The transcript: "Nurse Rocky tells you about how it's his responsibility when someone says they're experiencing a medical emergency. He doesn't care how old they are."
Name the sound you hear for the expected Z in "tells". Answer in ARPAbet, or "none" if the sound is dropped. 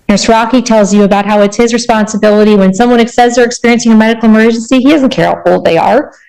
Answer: Z